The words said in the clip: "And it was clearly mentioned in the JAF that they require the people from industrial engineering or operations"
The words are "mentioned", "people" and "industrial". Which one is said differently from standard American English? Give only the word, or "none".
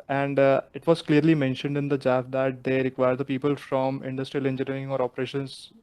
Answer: none